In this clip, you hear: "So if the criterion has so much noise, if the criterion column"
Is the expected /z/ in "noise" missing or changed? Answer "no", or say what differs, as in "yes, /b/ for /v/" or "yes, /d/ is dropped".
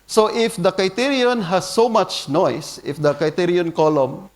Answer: yes, /s/ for /z/